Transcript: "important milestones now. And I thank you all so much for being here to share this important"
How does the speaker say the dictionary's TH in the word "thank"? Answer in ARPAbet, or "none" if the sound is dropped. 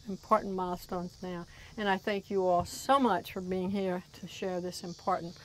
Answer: TH